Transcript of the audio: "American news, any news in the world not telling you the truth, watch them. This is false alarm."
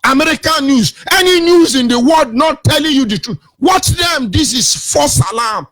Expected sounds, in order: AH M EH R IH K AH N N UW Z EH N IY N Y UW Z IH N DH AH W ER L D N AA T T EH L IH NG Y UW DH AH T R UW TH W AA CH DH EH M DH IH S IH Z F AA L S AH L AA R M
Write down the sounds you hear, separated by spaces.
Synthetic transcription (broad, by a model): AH M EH R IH K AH N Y UW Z EH N IY N Y UW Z IH N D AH W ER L D N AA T T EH L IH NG Y UW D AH T R UW TH W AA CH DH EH M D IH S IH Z F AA S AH L AA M